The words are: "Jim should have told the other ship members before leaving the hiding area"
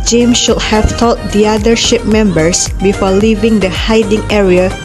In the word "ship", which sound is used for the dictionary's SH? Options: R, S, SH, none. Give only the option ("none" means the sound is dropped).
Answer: SH